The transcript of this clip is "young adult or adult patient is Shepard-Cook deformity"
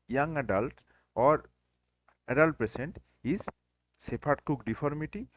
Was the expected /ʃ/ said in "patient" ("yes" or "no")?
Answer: no